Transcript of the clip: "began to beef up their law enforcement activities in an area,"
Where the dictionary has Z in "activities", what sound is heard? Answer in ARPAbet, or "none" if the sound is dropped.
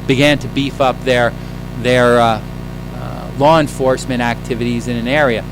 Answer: Z